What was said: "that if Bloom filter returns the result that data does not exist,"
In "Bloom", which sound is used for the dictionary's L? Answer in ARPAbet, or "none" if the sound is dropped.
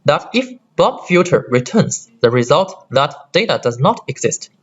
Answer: none